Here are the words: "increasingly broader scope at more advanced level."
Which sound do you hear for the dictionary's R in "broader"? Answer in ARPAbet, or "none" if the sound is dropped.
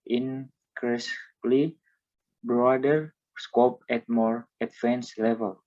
R